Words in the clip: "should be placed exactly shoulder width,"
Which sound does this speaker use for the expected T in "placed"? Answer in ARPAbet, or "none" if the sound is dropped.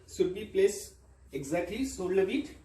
none